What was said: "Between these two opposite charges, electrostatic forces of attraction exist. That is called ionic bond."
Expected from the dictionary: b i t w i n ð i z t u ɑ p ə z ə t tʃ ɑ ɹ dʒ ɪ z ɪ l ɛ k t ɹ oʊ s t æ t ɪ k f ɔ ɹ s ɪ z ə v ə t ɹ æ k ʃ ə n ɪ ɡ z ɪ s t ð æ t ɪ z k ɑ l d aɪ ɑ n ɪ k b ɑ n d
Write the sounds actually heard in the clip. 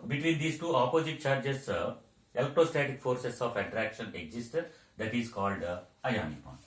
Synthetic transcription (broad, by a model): b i t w i n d i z t u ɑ p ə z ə t tʃ ɑ ɹ dʒ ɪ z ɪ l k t oʊ s t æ t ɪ k f ɔ ɹ s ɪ s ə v ə t ɹ æ k ʃ ə n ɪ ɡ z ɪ s t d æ t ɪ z k ɑ l d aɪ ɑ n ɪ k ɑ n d